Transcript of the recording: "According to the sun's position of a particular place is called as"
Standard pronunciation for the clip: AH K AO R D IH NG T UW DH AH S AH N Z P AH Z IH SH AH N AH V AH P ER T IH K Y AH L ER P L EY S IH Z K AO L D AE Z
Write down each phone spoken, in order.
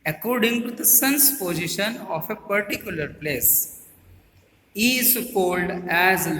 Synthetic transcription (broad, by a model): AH K AO R D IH NG T UW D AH S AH N S P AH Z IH SH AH N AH F AH P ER T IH K Y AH L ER P L EY S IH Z K AO L D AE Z